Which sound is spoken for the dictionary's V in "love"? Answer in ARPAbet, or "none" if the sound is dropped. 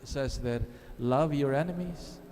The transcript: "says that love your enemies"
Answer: V